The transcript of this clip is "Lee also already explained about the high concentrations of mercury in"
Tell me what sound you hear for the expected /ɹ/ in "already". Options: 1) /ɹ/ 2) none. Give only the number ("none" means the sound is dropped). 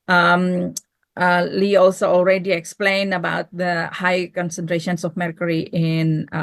1